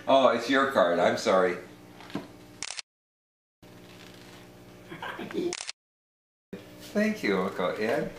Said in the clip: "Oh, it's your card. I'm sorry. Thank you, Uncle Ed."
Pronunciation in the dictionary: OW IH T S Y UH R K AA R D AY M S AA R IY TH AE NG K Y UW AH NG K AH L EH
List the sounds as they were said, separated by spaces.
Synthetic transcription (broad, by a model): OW IH T S Y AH R K AA R D AY M S AA R IY TH AE NG K Y UW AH K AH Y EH